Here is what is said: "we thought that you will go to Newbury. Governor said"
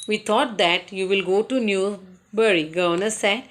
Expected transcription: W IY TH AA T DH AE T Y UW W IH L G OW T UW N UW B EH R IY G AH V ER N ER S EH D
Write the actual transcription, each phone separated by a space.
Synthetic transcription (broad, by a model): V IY T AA T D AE T Y UW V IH L G OW T UW N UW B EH R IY G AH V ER N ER S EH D